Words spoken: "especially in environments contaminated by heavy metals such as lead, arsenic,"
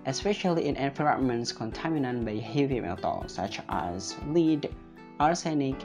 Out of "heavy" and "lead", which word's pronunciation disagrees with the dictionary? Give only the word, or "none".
none